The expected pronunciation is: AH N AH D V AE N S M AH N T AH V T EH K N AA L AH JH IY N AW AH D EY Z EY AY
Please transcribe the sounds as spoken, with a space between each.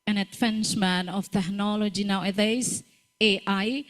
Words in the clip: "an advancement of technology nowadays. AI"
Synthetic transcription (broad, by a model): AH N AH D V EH N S M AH N AH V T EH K N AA L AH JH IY N AW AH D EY S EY AY